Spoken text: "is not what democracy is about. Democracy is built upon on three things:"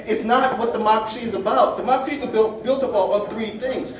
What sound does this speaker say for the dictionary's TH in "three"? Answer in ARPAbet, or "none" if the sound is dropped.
TH